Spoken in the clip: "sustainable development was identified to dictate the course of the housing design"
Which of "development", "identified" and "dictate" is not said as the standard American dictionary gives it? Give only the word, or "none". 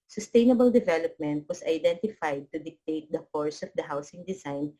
none